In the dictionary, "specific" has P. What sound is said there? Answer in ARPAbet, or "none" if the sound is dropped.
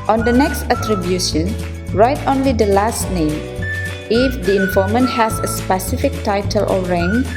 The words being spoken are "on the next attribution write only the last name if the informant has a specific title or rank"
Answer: P